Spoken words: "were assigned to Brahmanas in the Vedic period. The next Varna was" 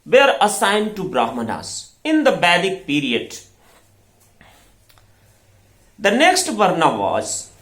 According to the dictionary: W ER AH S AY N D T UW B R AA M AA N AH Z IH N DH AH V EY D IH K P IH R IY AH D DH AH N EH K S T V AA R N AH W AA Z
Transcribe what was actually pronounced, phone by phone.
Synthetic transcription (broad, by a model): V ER AH S AY N D T UW B R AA M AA N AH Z IH N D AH B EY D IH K P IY R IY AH D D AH N EH K S T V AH R N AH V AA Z